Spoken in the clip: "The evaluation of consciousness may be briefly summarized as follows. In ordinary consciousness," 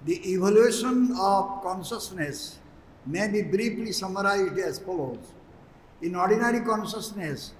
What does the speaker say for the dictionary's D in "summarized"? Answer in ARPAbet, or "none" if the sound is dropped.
D